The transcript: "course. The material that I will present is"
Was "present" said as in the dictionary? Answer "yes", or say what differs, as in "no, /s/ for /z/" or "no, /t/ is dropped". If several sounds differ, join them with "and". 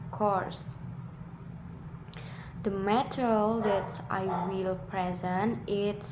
yes